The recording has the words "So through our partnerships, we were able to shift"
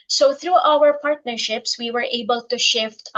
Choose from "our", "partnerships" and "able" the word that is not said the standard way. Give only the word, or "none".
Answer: none